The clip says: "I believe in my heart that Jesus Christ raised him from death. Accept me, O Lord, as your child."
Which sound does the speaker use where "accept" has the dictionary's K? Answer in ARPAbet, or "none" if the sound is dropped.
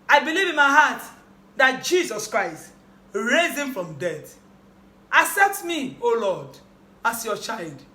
none